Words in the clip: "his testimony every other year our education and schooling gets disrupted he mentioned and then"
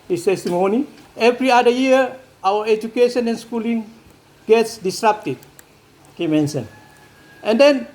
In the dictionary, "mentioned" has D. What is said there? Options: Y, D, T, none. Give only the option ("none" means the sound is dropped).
none